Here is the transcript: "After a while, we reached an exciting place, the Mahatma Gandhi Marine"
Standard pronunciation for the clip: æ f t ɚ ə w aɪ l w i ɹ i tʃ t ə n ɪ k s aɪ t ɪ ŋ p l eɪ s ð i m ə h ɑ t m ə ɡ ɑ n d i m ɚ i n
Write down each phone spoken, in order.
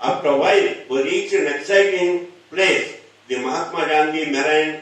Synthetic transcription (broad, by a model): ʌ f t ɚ ə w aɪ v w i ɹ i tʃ ə n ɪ k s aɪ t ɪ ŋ p l eɪ s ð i m ə h ɑ t m ə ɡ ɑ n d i m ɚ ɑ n